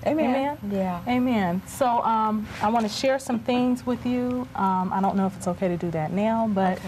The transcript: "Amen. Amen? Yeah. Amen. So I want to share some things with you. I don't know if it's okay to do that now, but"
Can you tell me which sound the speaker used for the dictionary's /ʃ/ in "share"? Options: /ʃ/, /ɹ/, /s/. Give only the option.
/ʃ/